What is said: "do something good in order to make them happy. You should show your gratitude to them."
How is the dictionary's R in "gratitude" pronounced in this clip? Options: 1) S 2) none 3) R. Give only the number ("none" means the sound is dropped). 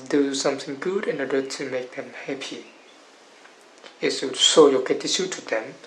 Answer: 2